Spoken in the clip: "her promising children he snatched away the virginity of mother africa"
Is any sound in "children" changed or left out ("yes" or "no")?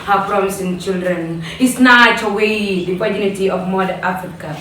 no